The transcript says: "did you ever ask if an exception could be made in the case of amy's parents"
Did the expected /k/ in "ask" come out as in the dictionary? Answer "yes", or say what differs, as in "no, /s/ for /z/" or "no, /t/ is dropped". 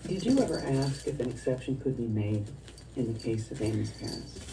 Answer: yes